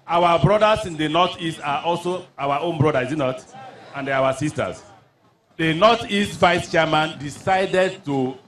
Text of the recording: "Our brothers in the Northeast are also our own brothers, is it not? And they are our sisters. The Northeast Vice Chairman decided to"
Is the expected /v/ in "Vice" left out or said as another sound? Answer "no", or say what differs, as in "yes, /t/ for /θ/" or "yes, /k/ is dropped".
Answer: no